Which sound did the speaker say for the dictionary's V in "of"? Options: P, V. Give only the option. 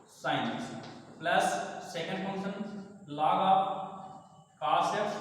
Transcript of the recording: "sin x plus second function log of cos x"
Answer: P